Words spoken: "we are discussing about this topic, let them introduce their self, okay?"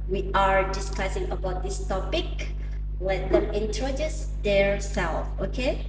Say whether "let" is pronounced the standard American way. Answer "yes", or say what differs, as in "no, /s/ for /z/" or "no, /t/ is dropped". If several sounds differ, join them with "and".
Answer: no, /w/ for /l/